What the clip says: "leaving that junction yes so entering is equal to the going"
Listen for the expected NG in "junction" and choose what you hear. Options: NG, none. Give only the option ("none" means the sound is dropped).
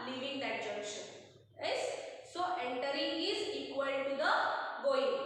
none